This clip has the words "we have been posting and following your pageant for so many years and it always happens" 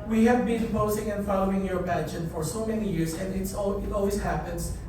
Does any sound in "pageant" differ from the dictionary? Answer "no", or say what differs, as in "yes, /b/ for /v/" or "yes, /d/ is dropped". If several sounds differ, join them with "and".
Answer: yes, /n/ is dropped